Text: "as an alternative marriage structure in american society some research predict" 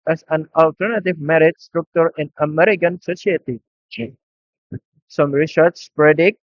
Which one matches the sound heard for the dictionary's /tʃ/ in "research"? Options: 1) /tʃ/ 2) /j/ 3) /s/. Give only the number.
3